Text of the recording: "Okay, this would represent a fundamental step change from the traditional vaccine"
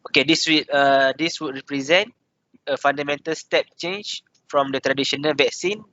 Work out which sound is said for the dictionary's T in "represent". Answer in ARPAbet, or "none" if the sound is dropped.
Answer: T